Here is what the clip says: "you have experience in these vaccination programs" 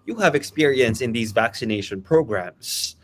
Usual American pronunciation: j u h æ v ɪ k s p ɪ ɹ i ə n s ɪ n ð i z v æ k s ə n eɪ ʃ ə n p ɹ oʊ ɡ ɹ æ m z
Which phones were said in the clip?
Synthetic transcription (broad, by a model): j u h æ v ɪ k s p ɪ ɹ i ə n s ɪ n ð i z v æ k s ə n eɪ ʃ ə n p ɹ oʊ ɡ ɹ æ m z